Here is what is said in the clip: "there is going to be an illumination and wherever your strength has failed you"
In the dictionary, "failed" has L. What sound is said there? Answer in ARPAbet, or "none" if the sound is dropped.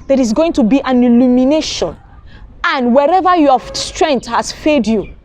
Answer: none